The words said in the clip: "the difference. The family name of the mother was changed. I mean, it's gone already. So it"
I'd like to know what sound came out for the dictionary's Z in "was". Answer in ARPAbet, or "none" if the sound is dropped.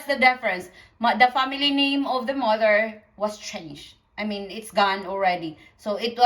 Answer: S